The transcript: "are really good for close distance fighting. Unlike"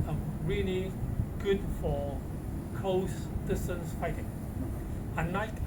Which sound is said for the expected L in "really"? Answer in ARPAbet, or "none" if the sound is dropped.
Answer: L